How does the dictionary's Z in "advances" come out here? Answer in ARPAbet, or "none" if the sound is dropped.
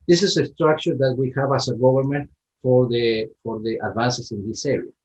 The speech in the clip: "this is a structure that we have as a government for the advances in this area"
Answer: S